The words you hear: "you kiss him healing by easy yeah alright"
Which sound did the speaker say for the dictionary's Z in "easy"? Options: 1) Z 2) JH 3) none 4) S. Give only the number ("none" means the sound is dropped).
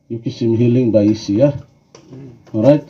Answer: 4